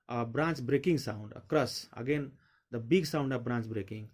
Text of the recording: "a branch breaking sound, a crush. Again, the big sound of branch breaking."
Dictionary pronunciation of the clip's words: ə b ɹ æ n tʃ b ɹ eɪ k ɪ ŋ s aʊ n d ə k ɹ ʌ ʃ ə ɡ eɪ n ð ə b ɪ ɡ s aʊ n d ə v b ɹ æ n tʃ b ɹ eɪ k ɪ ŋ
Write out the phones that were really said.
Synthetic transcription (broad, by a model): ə b ɹ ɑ n tʃ b ɹ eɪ k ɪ ŋ s aʊ n d ə k ɹ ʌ s ə ɡ eɪ n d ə b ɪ ɡ s aʊ n d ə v b ɹ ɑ n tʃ b ɹ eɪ k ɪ ŋ